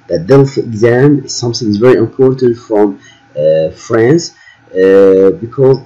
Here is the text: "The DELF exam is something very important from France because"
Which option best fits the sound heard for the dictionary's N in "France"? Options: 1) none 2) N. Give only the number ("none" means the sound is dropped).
2